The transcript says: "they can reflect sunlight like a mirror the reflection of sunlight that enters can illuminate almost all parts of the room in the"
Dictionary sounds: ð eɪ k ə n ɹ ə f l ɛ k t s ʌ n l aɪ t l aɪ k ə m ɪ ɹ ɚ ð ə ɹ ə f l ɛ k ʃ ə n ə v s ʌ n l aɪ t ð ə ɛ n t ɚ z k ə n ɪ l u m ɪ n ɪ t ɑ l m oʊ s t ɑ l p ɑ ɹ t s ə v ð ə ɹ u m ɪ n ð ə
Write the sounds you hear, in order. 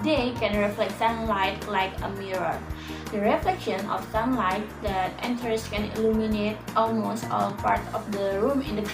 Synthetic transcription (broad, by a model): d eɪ k ə n ɹ ə f l ɛ k t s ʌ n l aɪ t l aɪ k ə m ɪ ɹ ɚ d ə ɹ ə f l ɛ k ʃ ə n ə f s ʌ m l aɪ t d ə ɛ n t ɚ s k ə n ɪ l u m ɪ n ɪ t ɑ l m oʊ s t ɑ l p ɑ ɹ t ə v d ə ɹ u m ɪ n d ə